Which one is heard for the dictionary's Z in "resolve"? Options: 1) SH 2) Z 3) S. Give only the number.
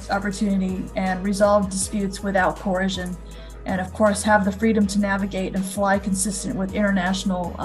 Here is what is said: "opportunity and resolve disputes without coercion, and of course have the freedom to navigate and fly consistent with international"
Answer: 2